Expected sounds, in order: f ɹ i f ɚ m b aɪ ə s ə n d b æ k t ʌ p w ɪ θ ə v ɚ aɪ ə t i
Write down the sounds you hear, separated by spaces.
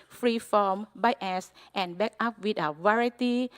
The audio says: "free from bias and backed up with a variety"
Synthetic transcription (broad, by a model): f ɹ i f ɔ m b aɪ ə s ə n b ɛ k ʌ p w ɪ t ə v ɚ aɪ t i